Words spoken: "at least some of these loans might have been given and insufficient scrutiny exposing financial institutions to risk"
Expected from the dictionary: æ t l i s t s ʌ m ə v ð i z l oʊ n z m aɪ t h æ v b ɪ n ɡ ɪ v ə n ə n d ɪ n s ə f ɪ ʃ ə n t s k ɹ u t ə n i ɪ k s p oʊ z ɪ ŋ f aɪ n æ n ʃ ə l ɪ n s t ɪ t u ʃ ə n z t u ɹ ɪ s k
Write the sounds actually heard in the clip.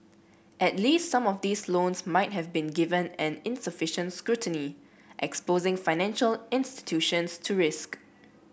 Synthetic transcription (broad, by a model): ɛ t l i s t s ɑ m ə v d i s l oʊ n s m aɪ t h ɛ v b ɪ n ɡ ɪ v ə n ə n ɪ n s ə f ɪ ʃ ə n t s k ɹ u t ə n i ɪ k s p oʊ z ɪ ŋ f aɪ n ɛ n ʃ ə l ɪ n s t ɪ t u ʃ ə n s t u ɹ ɪ s k